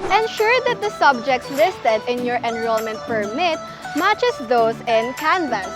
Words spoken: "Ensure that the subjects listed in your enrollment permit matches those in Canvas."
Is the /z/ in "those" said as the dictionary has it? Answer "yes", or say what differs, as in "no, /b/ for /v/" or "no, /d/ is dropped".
no, /s/ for /z/